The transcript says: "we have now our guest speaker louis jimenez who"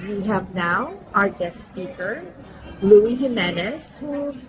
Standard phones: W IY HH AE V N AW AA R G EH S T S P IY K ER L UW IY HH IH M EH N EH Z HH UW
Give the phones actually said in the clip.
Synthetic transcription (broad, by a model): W IY HH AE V N AW AA R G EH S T S P IY K ER L UW IY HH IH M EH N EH S HH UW